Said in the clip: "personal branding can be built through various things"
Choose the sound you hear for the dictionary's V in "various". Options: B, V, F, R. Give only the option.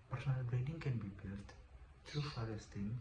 F